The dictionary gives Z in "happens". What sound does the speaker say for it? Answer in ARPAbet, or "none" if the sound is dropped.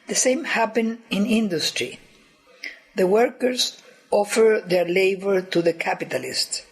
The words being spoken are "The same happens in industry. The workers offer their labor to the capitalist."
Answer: none